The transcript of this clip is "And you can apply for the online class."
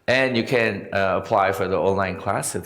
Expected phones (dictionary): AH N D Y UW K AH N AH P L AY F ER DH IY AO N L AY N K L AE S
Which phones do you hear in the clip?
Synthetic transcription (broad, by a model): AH N Y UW K AH N AH P L AY F ER DH IY AO N L AY N K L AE S